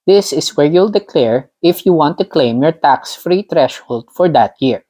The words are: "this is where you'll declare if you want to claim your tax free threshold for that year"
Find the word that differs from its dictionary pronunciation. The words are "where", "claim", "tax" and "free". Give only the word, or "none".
none